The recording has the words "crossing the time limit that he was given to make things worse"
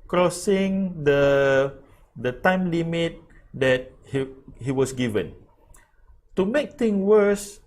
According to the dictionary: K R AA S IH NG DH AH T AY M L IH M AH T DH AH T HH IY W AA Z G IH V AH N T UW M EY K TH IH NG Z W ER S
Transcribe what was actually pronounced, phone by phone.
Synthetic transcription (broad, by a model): K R AA S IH NG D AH T AY M L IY M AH T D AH T HH IY W AA S G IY V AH N T UW M EY K T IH NG W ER S